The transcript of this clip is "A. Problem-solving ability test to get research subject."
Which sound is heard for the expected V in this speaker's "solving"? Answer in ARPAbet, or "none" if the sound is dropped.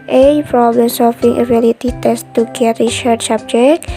F